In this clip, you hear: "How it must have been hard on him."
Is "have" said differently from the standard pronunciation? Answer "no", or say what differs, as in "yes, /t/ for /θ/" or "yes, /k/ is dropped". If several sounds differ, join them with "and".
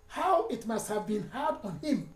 no